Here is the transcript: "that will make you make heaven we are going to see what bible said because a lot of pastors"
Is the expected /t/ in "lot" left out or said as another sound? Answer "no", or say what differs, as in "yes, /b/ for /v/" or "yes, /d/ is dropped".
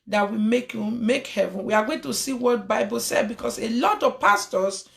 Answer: no